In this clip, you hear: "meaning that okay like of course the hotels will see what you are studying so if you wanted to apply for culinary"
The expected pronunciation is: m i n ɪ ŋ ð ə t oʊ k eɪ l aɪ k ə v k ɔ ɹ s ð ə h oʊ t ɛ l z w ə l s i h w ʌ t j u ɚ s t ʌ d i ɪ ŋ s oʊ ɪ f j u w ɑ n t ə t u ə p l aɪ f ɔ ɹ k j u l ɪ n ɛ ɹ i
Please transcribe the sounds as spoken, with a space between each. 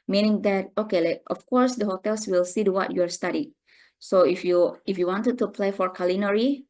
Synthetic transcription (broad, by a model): m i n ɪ ŋ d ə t oʊ k eɪ l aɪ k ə f k ɔ ɹ s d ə h oʊ t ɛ l s w ə l s i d w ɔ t j u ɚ s t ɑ d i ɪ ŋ s oʊ ɪ f j u w ɑ n t ə t u p l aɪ f ɔ ɹ k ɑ l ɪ n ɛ ɹ i